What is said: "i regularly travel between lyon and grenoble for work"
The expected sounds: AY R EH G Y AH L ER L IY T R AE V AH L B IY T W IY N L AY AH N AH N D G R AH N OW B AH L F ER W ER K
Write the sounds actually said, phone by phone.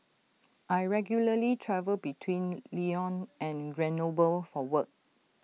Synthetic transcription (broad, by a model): AY R EH G Y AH L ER L IY T R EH V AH L B IY T W IY N L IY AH N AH N G R AH N OW B AH L F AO W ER K